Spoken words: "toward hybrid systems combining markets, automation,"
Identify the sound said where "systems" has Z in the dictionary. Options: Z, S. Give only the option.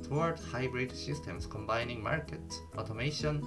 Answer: S